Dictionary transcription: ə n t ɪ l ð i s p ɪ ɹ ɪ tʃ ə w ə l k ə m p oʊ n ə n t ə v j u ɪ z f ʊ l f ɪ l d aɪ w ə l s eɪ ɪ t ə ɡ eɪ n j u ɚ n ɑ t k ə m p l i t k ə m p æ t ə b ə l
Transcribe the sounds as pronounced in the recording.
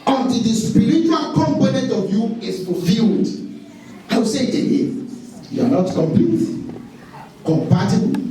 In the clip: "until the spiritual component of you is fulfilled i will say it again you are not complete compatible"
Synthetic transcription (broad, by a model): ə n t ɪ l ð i s p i ɹ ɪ tʃ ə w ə l k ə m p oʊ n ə n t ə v j u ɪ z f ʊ f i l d aɪ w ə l s eɪ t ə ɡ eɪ j u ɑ n ɑ t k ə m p i k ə m p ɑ t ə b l